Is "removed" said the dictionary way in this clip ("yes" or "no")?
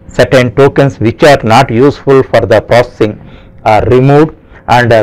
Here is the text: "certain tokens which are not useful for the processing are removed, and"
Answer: no